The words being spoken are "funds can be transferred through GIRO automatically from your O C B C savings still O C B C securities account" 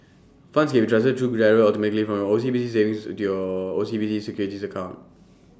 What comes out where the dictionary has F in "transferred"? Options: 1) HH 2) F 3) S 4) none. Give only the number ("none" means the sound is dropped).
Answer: 4